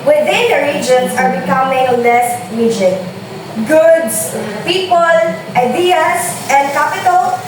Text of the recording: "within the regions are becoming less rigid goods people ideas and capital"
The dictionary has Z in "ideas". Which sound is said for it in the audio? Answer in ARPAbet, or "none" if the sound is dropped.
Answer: S